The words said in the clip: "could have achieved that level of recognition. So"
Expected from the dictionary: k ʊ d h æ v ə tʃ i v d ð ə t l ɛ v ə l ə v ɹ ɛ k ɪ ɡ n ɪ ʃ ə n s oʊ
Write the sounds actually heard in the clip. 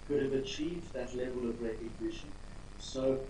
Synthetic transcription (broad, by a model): k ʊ d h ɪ v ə tʃ i v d ð ə t l ɛ v ə l ə v ɹ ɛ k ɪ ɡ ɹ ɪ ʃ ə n s oʊ